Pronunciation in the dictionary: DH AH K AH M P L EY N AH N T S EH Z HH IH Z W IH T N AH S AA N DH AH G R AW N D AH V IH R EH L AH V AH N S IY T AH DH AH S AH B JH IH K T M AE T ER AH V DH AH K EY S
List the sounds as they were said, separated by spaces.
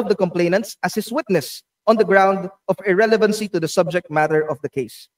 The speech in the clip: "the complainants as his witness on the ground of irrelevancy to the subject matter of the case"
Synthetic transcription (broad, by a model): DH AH K AH M P L EY N AH N T S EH S HH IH S W IH T N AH S AA N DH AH G R AW N D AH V IH R EH L AH V AH N S IY T AH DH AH S AH B JH IH K T M AE T ER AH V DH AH K EY S